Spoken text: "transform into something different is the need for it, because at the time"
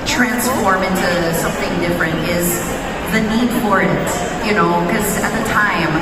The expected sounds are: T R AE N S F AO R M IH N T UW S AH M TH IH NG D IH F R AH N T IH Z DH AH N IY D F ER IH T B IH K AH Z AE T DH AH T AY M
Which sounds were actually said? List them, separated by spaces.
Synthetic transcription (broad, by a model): T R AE N S F AO R M IH N T UW S AH M TH IH NG D IH F R AH N T IH Z DH AH N IY D F ER IH T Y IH K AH Z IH T DH AH T AY M